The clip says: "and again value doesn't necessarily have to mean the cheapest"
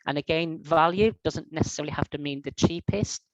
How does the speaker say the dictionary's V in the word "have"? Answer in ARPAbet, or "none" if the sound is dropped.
F